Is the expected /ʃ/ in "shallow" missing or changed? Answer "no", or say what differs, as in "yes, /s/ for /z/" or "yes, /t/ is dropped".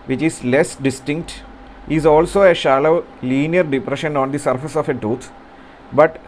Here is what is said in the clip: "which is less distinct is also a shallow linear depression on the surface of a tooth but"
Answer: no